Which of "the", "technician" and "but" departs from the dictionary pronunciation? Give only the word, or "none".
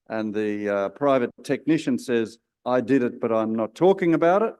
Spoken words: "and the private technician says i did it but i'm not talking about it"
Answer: none